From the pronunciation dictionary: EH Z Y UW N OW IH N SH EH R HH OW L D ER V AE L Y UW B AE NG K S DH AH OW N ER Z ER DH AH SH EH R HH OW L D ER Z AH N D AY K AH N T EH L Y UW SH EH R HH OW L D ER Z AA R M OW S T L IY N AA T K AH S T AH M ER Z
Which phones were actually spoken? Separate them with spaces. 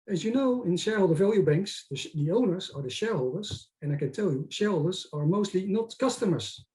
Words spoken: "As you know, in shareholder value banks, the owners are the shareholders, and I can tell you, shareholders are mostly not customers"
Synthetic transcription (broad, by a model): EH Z Y UW N OW IH N SH EH R HH OW L D ER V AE L Y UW B AE NG K S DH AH OW N ER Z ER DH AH SH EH R HH OW L D ER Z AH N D AY K AH N T EH L Y UW SH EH R HH OW L D ER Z AA R M OW S T L IY N AA T K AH S T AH M ER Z